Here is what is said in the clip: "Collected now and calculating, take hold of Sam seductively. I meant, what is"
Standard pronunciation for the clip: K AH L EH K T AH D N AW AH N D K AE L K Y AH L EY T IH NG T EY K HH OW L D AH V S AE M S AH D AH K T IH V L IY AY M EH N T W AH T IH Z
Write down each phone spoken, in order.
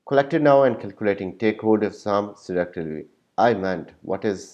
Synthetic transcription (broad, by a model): K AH L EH K T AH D N AW AH N D K AE L K Y AH L EY T IH NG T EY K HH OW D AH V S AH M S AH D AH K T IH L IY AY M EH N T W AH T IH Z